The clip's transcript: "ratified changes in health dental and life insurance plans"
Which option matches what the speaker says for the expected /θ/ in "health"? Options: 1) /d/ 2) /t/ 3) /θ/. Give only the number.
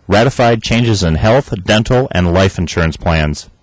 3